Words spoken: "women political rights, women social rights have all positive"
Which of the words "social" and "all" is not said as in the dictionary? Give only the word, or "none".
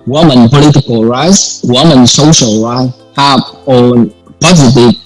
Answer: all